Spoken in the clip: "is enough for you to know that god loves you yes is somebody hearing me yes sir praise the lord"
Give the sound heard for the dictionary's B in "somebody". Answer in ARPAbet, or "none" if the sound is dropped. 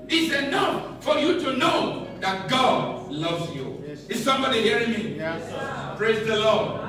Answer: B